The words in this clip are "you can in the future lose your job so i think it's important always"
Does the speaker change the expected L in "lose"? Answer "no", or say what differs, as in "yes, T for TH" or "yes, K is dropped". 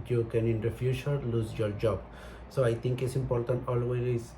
no